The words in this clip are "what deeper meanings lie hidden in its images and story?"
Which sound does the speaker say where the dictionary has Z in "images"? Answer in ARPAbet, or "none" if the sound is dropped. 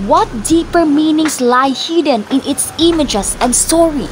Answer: S